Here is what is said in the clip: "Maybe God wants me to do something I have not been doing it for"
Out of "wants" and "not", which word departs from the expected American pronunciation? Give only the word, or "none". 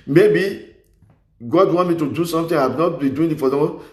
wants